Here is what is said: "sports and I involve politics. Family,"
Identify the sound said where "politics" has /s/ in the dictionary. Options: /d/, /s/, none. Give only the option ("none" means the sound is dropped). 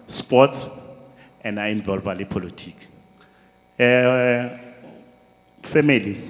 none